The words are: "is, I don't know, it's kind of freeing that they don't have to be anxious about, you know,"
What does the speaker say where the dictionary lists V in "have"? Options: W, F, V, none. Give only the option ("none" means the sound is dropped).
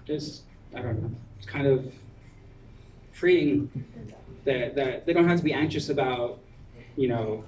F